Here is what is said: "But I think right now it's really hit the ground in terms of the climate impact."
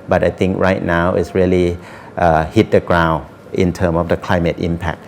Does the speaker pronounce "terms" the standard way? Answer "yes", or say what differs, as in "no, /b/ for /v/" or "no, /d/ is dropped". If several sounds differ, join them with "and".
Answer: no, /z/ is dropped